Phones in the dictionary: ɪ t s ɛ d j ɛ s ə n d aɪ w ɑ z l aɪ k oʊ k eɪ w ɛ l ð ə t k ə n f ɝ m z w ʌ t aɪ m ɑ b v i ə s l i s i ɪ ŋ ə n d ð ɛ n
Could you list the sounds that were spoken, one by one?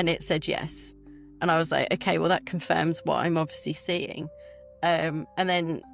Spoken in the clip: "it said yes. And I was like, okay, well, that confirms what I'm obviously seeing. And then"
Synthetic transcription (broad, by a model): ɪ t s ɛ d j ɛ s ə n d aɪ w ɑ z l aɪ k oʊ k eɪ w ɛ l ð ə t k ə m f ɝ m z w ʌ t aɪ m ɑ b v i ə s l i s i ɪ ŋ ə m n ð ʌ n